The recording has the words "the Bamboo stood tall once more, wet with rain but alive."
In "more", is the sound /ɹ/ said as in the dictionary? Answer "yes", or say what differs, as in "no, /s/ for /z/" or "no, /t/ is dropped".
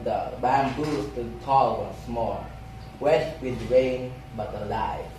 no, /l/ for /ɹ/